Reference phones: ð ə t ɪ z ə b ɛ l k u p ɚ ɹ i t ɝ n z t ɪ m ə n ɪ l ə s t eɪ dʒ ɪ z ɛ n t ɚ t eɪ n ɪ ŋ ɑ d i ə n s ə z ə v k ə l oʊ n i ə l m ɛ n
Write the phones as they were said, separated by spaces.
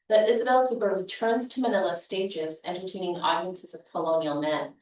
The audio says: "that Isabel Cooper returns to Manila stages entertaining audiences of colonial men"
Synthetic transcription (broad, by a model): ð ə t ɪ z ə b ɛ l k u b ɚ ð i t ɝ n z t ɪ m ə n ɪ l ə s t eɪ dʒ ɪ z ɛ n t ɚ t eɪ n ɪ ŋ ɑ d i ə n s ə z ə v k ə l oʊ n i l m ɛ n